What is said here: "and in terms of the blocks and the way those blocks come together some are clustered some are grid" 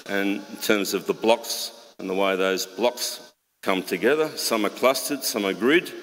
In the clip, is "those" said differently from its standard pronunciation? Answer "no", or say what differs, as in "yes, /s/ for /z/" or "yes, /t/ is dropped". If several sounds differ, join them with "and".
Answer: no